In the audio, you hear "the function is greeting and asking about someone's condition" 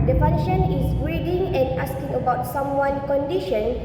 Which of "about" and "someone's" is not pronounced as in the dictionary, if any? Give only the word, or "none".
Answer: someone's